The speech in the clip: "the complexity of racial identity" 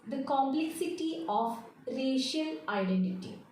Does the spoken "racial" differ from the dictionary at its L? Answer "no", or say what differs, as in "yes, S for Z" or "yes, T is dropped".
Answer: no